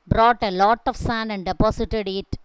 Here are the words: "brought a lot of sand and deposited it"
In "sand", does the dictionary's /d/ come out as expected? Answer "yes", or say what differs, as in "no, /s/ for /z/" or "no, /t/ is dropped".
no, /d/ is dropped